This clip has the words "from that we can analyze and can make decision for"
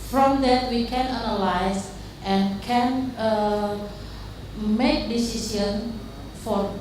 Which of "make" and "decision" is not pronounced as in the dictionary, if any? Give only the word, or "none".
decision